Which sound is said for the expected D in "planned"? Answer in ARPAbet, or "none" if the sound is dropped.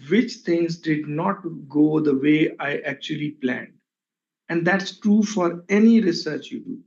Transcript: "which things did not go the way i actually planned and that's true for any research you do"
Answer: D